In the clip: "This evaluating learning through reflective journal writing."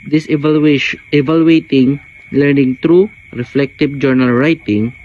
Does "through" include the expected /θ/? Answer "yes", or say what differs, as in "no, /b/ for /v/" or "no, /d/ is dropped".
no, /t/ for /θ/